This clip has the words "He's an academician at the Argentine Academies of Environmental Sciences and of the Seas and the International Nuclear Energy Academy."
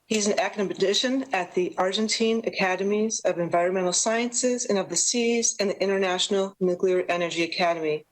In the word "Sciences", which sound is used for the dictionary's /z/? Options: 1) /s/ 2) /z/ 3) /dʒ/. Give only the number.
2